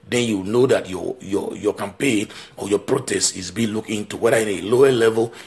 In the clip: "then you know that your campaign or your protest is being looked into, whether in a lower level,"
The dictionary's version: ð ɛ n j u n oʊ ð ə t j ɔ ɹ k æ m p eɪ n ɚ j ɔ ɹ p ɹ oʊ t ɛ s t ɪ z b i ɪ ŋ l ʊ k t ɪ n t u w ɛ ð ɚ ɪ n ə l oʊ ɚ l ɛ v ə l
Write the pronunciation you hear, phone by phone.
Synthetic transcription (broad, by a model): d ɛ n j u n oʊ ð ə t j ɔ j k æ m p eɪ n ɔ j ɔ p ɹ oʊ t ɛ s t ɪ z b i l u k ɪ n t u w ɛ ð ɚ ɪ n ə l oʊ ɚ l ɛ v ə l